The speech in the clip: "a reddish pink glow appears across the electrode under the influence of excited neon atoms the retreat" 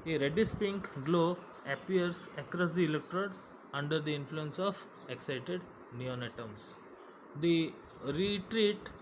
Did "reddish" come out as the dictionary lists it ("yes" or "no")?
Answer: no